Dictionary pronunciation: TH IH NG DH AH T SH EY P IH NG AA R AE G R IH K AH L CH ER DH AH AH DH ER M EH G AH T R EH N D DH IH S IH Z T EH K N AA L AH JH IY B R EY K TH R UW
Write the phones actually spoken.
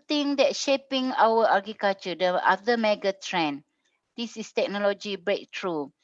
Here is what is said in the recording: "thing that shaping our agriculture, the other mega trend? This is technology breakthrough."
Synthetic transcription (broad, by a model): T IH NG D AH T SH EY P IH NG AA W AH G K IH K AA CH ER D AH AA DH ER M EH G AH T R EH N D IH S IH S T EH K N AA L AH JH IY B R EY K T R UW